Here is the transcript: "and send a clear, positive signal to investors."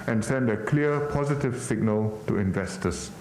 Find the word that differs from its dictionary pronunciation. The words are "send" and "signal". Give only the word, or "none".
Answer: none